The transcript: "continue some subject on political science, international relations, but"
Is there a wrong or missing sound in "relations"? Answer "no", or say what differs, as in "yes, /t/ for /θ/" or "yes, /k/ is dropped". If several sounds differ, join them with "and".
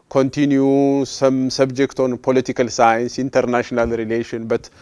yes, /z/ is dropped